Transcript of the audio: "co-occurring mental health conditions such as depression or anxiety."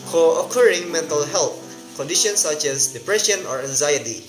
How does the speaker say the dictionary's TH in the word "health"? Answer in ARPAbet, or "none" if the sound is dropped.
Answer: T